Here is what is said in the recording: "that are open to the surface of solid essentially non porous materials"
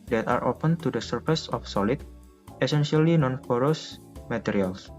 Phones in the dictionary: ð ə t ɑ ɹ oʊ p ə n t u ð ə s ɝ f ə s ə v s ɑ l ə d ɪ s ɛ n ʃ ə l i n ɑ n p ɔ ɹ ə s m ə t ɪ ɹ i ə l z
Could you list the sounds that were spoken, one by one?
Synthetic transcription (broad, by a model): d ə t ɑ ɹ oʊ p ə n t u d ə s ɝ f ə s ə f s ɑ l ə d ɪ s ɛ n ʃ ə l i n ɑ n f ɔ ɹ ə s m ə t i ɹ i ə l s